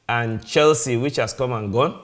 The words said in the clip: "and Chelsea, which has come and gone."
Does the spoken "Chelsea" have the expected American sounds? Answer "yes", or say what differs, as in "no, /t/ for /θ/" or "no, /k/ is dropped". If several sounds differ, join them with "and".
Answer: yes